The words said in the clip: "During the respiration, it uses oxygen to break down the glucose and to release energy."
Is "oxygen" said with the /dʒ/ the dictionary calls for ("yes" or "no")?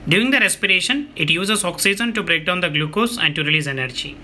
no